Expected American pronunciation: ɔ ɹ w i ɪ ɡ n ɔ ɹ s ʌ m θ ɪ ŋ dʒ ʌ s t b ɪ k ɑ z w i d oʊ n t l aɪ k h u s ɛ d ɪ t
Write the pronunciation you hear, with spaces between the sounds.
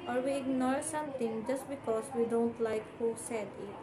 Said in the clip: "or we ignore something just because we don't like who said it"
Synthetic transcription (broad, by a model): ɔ ɹ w i ɪ ɡ n ɔ ɹ s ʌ m t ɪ ŋ dʒ ʌ s t b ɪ k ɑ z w i d oʊ n t l aɪ k h u s ɛ d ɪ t